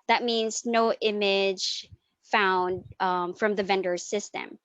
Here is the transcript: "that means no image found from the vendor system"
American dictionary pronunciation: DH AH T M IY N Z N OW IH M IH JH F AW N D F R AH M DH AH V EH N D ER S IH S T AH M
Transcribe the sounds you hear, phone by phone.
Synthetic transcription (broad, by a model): DH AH T M IY N Z N OW IH M IH JH F AW N D F R AH M DH AH V EH N D ER S IH S T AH M